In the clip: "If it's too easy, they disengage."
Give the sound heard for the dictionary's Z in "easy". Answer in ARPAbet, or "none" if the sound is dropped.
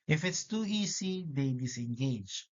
S